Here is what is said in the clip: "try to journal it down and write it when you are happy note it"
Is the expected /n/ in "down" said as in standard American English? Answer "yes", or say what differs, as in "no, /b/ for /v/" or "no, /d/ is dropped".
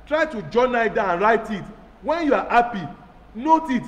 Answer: no, /n/ is dropped